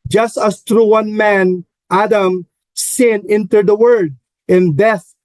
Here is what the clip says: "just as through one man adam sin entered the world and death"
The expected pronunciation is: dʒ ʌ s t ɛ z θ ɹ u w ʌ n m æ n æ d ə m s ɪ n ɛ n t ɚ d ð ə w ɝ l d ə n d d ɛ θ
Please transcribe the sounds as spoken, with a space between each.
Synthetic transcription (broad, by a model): dʒ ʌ s t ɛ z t ɹ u w ʌ n m æ n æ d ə m s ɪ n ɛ n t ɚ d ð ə w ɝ d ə n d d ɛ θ